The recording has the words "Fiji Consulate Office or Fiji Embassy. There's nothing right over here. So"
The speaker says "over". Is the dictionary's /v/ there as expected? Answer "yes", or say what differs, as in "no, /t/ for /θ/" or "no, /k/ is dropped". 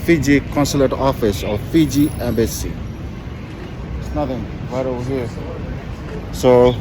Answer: no, /w/ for /v/